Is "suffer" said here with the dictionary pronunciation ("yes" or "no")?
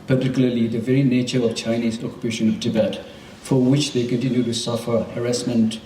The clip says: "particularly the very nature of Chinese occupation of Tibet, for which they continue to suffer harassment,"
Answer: yes